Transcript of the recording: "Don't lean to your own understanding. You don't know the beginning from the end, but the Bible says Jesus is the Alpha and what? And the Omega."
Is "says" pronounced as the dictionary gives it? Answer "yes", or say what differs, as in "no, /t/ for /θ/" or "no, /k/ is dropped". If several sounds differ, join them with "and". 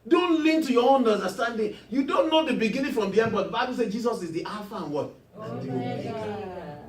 no, /z/ is dropped